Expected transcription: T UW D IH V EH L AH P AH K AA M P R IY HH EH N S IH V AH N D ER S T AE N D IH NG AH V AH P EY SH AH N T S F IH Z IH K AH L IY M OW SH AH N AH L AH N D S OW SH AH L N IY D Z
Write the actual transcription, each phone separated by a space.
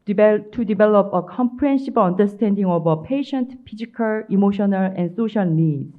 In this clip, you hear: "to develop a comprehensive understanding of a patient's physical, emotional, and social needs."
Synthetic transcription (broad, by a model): T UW D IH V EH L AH P AH K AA M P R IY HH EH N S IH B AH N D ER S T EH N D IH NG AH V AH P EY SH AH N T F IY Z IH K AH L IY M OW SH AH N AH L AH N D S OW SH AH L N IY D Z